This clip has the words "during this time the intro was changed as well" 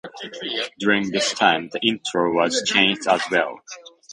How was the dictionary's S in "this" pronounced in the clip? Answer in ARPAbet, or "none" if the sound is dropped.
S